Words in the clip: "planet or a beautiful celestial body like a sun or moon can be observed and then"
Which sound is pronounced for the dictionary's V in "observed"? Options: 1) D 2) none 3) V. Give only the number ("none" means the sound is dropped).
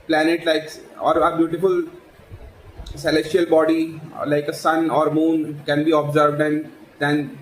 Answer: 3